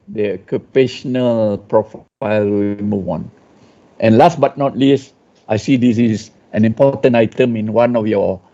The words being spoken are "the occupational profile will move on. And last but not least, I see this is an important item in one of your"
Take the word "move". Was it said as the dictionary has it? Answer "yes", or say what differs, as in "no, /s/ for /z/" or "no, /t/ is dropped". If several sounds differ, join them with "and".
no, /w/ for /v/